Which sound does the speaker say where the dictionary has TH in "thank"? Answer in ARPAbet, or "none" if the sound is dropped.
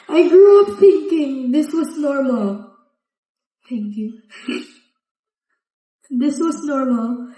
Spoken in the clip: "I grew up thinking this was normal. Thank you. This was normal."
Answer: T